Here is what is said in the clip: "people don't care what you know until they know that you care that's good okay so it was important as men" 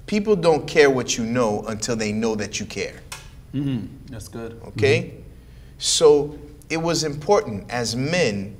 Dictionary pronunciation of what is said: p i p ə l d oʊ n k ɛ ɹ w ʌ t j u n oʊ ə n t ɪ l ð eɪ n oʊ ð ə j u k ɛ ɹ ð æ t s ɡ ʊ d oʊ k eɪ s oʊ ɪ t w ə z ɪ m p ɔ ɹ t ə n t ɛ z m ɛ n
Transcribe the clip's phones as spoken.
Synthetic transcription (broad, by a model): p i p l d oʊ n k ɛ ɹ w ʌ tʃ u n oʊ ə n t ɪ l ð eɪ n oʊ ð ə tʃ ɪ k ɛ ɹ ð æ t s ɡ ʊ d oʊ k eɪ s oʊ ɪ t w ə z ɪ m p ɔ ɹ t n t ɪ z m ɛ n